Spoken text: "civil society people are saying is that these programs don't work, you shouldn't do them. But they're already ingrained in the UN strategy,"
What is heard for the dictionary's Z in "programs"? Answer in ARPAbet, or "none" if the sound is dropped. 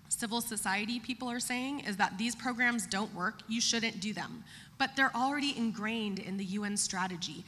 Z